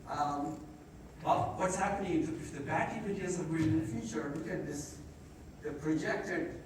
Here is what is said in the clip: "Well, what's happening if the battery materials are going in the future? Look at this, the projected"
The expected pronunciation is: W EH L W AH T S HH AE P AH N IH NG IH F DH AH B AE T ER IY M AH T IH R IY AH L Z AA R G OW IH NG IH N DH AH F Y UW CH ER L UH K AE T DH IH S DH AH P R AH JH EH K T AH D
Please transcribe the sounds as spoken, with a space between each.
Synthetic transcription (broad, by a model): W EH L W AH T S HH AE P AH N IH NG IH F DH AH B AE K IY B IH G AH N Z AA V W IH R IH N DH AH F Y UW CH ER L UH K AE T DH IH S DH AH P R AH JH EH K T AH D